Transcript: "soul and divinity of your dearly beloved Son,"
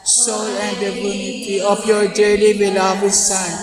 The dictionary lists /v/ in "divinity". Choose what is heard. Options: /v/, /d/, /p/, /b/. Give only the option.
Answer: /b/